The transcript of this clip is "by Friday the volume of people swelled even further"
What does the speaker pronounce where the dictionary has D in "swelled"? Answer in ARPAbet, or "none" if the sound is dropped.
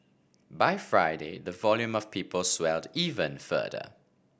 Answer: D